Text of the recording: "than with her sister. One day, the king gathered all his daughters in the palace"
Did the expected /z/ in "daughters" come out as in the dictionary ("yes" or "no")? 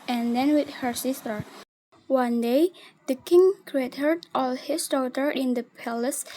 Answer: no